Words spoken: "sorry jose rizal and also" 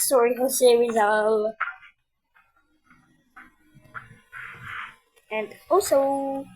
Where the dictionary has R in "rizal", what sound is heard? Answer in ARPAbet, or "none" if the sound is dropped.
W